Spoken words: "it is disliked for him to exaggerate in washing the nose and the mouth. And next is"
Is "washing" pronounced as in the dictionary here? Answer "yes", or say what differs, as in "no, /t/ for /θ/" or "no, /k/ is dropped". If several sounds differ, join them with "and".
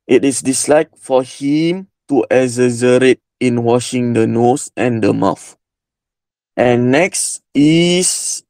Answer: yes